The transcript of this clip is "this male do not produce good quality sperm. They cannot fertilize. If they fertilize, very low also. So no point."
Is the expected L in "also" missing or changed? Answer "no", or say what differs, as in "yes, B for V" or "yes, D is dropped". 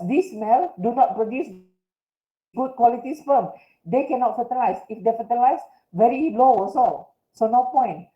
yes, L is dropped